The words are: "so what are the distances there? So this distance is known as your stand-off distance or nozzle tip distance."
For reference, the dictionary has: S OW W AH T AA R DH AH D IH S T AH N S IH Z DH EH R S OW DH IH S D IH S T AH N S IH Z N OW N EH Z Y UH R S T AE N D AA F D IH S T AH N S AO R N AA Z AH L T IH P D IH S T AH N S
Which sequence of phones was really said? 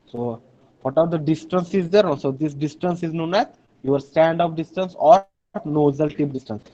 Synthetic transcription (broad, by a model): S OW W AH T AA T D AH D IH S T AH N S IH Z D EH R S OW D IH S D IH S T AH N S IH Z N OW N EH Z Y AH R S T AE N D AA P D IH S T AH N S AO R N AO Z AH L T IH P D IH S T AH N S